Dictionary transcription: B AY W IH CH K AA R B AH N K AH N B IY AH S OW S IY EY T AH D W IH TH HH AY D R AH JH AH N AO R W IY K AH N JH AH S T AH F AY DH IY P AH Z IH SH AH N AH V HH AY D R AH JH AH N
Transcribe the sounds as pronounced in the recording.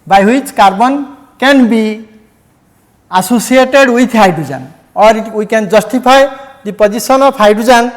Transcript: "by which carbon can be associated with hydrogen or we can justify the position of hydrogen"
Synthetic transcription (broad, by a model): B AY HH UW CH K AA R B AH N K AH N B IY AH S OW S IY EY T AH D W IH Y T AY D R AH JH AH N AO R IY K AH N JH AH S T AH P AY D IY P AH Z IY S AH N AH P AY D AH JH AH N